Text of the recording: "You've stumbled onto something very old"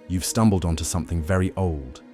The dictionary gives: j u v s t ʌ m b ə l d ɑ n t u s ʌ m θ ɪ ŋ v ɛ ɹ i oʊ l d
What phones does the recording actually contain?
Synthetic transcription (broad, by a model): j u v s t ʌ m b ə l d n t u s ʌ m θ ɪ ŋ v ɛ ɹ i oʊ l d